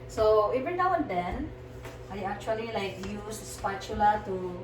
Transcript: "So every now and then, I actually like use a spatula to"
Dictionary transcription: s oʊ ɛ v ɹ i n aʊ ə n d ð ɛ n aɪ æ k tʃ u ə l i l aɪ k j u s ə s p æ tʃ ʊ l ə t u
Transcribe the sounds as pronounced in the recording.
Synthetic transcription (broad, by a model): s oʊ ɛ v i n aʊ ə n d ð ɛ n aɪ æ k tʃ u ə l i l aɪ k j u s ə s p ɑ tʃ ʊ l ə t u